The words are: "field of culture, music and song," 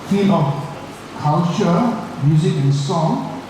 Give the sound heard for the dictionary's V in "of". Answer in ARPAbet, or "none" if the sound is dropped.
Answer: F